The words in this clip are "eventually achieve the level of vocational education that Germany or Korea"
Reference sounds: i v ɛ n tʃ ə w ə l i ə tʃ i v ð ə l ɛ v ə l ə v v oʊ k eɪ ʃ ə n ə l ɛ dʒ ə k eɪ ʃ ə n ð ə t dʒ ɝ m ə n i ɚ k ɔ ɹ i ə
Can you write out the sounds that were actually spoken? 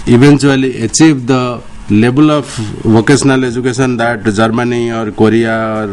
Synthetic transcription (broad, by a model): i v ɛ n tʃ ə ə l i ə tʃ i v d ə l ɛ b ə l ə p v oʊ k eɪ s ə n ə l ɛ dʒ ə k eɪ s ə n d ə t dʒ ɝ m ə n i ɚ k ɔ ɹ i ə